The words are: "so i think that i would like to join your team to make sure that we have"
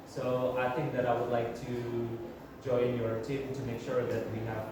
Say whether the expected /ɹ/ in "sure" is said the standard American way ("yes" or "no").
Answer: yes